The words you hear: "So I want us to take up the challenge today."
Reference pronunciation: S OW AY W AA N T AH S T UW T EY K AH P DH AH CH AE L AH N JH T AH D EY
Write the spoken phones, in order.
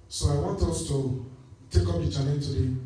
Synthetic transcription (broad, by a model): S OW AY W AA N T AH S T UW T EY K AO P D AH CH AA N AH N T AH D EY